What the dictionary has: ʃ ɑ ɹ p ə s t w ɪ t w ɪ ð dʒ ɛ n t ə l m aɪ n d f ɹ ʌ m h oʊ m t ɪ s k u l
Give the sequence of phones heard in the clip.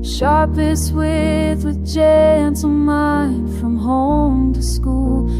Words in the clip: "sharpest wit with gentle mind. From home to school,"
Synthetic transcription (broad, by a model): ʃ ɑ ɹ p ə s w ɪ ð w ɪ ð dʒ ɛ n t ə n m aɪ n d f ɹ ʌ m h oʊ m t ɪ s k u l